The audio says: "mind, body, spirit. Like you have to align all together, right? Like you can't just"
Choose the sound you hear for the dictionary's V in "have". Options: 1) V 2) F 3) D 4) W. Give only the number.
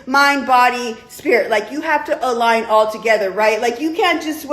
2